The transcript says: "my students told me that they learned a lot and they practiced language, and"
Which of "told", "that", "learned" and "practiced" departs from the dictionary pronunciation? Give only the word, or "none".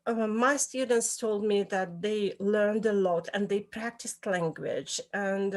none